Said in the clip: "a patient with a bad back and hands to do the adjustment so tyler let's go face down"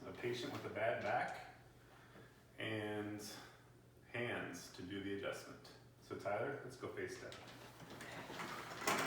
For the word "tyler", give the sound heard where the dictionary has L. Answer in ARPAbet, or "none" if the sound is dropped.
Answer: none